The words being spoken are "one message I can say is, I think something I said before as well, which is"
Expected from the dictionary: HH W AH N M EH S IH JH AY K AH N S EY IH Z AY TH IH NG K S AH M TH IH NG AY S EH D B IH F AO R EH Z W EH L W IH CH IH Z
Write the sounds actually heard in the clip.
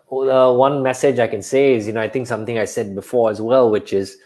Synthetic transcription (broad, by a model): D W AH N M EH S IH JH AY K AH N S EY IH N AY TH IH NG K S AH M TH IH NG AY S EH D B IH F AO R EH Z W EH L W IH CH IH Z